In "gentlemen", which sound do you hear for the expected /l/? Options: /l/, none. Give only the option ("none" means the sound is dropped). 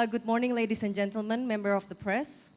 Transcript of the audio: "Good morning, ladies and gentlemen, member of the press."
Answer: /l/